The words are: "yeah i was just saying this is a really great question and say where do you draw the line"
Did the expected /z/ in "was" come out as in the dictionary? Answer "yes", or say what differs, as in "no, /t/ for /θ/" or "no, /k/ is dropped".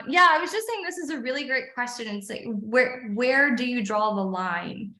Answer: yes